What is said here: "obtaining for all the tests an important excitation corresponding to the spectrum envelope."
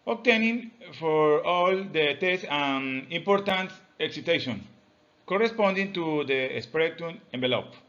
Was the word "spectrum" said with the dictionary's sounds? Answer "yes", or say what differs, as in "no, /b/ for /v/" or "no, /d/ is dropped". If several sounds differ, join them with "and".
no, /ɹ/ is dropped